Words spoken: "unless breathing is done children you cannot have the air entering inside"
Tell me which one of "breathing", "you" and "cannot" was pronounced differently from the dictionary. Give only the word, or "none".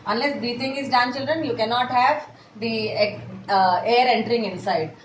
breathing